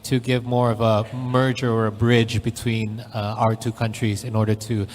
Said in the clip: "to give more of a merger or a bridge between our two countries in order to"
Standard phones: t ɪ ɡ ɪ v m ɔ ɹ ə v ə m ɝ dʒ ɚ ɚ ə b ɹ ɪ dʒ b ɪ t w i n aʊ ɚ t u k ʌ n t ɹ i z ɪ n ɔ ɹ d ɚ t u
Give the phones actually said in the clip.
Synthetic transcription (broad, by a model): t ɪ ɡ ɪ v m ɔ ɹ ə v ə m ɝ dʒ ɚ ɚ ə b ɹ ɪ dʒ b ɪ t w i n aʊ ɚ t u k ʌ n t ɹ i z ɪ n ɔ ɹ d ɚ t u